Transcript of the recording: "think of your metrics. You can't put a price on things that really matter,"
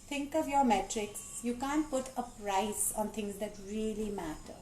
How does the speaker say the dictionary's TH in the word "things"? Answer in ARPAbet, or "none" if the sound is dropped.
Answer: T